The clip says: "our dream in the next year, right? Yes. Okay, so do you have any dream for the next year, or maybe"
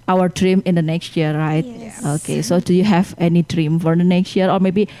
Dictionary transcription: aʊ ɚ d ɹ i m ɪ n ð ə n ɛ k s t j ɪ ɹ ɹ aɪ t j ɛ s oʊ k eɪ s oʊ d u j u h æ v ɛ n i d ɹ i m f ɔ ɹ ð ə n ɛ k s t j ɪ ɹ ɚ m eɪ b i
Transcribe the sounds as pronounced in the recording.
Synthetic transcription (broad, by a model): aʊ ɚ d ɹ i m ɪ n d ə n ɛ k s t j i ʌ aɪ t oʊ k eɪ s oʊ d u j u h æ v ɛ n i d ɹ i m f ɔ ɹ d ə n ɛ k s t j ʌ ɹ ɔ m eɪ b i